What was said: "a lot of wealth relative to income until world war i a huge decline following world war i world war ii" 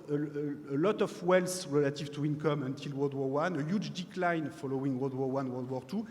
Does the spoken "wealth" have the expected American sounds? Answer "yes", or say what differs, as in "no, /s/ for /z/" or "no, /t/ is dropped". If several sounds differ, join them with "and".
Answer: no, /s/ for /θ/